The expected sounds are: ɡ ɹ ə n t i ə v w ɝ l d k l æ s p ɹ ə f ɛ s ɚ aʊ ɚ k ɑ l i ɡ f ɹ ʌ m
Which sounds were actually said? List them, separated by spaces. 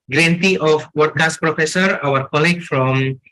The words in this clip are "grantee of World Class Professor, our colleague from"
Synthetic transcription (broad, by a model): ɡ ɹ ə n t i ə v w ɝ d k ɑ s p ɹ ə f ɛ s ɚ aʊ ɚ k ɑ l i ɡ f ɹ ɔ m